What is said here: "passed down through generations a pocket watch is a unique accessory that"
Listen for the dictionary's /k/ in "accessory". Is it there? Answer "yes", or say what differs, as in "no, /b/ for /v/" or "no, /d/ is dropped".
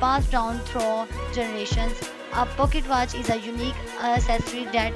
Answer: no, /k/ is dropped